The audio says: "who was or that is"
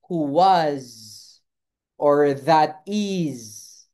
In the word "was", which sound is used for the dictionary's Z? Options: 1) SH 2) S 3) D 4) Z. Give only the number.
4